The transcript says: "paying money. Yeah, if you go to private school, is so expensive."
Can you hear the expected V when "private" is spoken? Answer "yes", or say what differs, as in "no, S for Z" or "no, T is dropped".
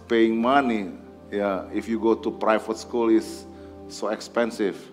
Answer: no, F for V